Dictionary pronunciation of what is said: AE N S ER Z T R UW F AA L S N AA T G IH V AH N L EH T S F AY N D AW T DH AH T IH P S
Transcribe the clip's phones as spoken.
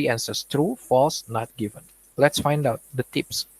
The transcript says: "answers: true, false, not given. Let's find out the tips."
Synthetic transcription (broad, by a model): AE N S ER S T R UW F AA L S N AA T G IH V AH N L EH T S F AY N D AW T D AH T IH P S